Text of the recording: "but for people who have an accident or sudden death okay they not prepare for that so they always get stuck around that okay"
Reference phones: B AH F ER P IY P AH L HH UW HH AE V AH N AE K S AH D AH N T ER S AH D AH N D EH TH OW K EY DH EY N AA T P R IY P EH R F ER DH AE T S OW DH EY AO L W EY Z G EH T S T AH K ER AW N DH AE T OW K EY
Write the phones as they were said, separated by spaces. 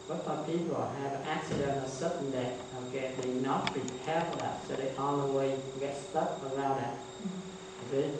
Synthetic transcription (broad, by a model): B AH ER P IY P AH L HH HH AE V AH N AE K S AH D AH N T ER S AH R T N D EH T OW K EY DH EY N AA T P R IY P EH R F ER DH AE T S OW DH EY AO N W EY G EH T S T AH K ER AW N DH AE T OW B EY